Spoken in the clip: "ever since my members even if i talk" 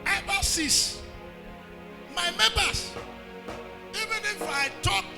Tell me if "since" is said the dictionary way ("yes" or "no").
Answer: no